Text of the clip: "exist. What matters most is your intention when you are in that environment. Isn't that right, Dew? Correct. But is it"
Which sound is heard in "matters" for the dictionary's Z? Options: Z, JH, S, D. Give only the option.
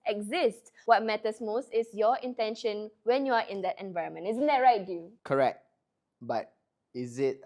S